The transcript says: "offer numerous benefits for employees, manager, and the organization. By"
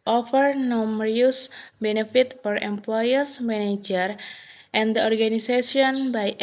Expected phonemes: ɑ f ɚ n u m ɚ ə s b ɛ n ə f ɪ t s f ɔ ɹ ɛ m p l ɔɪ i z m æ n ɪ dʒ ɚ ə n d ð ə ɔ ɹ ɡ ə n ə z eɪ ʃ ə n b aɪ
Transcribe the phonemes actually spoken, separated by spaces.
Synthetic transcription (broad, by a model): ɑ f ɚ n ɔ m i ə s b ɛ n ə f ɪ t f ɔ ɹ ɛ m p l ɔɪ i s m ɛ n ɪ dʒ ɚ ə n d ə ɔ ɹ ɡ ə n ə s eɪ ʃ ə n b aɪ